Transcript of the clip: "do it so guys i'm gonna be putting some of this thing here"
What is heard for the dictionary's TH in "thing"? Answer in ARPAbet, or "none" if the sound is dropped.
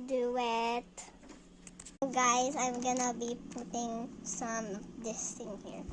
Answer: T